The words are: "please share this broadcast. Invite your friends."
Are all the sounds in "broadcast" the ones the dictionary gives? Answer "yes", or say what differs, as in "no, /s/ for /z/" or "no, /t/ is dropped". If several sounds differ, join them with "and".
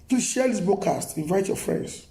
no, /ɹ/ is dropped